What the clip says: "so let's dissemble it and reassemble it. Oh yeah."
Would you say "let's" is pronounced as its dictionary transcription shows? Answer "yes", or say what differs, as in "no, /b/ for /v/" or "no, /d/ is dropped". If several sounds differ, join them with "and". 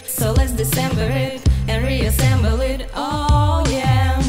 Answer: yes